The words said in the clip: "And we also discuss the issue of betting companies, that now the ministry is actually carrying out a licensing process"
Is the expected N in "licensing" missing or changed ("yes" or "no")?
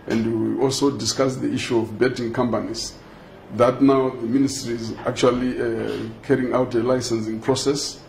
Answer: no